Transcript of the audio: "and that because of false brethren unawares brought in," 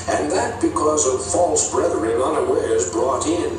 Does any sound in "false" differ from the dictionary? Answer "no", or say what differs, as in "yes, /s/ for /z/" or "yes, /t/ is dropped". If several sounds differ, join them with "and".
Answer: no